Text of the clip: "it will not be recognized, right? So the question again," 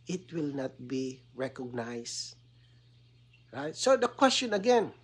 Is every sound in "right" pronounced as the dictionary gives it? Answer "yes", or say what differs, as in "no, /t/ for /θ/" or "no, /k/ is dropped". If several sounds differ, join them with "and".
yes